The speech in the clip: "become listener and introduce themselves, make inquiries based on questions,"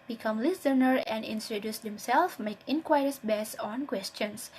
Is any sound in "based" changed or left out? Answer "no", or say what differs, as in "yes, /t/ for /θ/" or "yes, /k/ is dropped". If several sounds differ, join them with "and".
yes, /t/ is dropped